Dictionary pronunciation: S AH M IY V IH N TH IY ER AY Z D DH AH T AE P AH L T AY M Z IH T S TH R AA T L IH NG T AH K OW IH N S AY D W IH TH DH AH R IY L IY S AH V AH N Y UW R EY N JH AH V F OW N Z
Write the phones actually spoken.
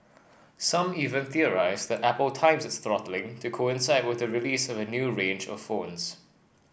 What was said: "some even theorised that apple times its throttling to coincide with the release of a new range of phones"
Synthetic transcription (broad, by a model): S AH M IY V IH N TH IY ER AY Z DH AH T AE P AH L T AY M Z IH T S TH R AA T L IH NG T AH K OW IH N S AY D W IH DH AH R IY L IY S AH V AH N Y UW R EY N JH AH V F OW N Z